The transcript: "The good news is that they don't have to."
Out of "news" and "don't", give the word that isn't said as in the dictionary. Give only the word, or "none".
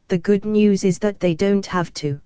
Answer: none